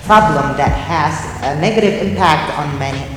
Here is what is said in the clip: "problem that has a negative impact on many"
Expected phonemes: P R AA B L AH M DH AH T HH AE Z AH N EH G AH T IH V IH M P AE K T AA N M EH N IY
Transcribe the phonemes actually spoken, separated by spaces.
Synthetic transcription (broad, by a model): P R AA B L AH M DH AH T HH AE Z AH N EH G AH T IH V IH M P AE K T N M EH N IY